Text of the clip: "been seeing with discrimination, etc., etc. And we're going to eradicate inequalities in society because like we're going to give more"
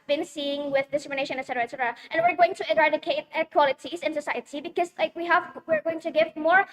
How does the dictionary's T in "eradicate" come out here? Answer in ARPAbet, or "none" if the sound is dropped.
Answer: none